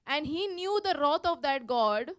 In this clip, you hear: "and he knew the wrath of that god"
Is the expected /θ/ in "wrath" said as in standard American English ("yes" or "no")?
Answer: no